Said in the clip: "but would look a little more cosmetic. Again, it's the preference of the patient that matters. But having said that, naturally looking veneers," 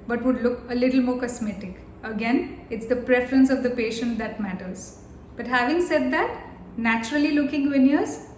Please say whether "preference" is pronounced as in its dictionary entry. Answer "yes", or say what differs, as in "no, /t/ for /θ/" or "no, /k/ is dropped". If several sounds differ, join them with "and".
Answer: yes